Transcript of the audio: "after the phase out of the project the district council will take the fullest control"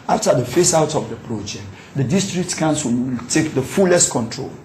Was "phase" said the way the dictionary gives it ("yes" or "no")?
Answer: no